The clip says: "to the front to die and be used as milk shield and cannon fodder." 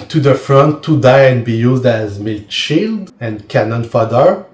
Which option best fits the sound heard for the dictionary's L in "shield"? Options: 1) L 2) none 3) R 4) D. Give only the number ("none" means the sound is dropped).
1